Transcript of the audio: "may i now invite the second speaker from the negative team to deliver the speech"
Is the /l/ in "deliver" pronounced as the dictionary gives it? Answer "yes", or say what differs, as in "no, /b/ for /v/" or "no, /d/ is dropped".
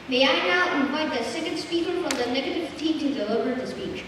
no, /l/ is dropped